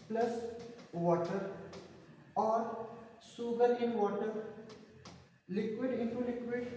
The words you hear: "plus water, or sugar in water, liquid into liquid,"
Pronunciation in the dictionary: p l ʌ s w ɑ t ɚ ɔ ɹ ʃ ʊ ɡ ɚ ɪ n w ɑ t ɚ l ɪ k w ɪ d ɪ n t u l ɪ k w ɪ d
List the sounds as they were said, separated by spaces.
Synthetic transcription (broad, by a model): p l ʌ s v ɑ t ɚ ɔ ɹ s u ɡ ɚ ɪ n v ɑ t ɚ l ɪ k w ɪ d ɪ n t u l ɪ k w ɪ d